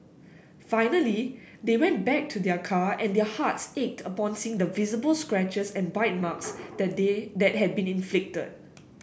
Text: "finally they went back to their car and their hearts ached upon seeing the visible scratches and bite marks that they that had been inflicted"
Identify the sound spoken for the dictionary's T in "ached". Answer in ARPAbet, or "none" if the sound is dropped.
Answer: T